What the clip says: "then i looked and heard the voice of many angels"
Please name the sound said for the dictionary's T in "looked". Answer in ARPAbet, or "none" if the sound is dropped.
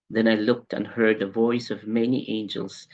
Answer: T